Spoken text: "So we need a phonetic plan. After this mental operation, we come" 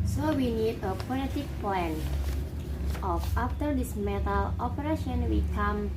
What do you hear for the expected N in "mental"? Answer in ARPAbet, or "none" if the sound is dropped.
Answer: none